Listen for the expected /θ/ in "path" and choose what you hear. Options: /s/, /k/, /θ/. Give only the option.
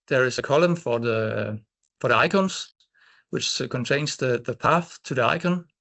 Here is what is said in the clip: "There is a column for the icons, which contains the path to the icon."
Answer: /θ/